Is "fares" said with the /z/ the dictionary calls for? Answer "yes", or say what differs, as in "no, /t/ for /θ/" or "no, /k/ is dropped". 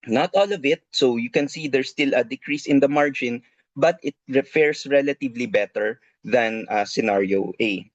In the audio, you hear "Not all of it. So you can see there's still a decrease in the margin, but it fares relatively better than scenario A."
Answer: no, /s/ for /z/